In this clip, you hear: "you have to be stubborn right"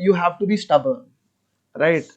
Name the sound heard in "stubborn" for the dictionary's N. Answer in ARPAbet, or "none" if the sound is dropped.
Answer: L